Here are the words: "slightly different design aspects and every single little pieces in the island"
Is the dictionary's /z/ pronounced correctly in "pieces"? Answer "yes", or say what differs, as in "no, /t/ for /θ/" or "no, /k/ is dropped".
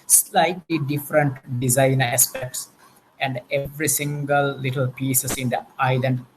no, /s/ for /z/